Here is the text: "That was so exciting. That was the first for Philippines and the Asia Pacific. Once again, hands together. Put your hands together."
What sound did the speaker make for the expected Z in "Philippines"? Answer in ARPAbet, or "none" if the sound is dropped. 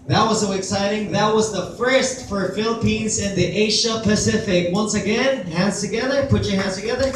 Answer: Z